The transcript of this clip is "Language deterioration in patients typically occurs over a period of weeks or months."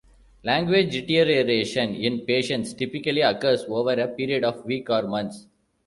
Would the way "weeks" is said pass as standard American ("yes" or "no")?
no